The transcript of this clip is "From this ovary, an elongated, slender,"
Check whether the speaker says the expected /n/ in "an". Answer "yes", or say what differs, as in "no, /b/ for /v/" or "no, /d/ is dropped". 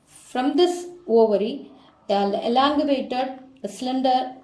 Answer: no, /l/ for /n/